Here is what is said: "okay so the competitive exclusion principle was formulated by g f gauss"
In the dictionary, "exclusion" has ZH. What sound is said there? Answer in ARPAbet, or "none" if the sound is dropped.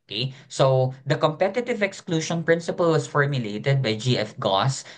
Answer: SH